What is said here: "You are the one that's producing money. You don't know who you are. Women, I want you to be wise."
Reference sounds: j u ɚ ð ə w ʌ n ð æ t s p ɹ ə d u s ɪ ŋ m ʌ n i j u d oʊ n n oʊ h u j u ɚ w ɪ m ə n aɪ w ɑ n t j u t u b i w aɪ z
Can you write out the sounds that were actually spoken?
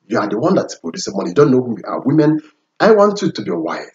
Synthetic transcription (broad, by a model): j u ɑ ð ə w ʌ n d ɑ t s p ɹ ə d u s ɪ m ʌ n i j d oʊ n n oʊ h u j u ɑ w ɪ m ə n aɪ w ɑ n t j u t u b i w aɪ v